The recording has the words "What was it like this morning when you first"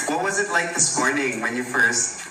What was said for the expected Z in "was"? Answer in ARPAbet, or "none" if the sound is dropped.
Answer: Z